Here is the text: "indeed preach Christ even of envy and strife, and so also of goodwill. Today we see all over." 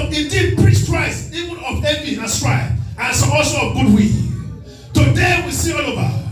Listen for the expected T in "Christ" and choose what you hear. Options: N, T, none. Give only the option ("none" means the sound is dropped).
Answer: none